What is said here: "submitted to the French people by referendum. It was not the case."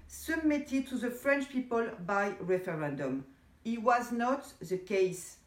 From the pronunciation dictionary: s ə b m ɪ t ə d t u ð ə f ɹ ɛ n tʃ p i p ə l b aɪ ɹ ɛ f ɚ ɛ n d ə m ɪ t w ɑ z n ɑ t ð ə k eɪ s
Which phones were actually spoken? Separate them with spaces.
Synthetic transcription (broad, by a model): s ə b m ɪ t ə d t u ð ə f ɹ ɛ n tʃ p i p ə l b aɪ ɹ ɛ f ɚ ɛ n d ə m ɪ t w ɑ z n ɑ t ð ə k eɪ s